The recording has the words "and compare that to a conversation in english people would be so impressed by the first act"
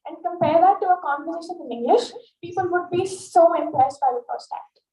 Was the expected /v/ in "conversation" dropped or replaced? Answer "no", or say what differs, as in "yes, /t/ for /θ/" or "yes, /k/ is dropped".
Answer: yes, /f/ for /v/